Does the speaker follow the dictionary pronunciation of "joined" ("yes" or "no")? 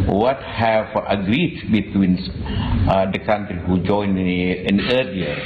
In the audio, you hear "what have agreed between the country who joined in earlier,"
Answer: no